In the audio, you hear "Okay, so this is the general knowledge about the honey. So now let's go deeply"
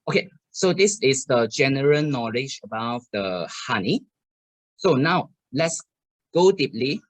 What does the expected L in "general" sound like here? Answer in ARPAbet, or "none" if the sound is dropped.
L